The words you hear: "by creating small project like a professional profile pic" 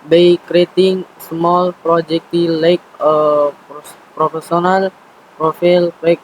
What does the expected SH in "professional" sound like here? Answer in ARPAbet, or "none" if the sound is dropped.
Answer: S